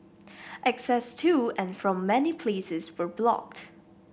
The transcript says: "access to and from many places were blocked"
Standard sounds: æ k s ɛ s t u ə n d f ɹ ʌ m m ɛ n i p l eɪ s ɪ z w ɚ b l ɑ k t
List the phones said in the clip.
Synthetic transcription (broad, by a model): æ k s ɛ s t u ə n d f ɹ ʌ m m ɛ n i p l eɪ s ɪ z w ɚ b l ɑ k t